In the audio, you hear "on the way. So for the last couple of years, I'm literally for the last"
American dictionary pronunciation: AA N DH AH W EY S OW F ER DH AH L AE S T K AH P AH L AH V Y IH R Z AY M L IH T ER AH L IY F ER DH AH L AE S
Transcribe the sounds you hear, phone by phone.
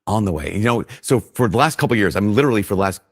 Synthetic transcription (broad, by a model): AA N DH AH W EY S OW F ER DH AH L AE S T K AH P L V Y IH R Z AY M L IH T ER L IY F ER DH AH L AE S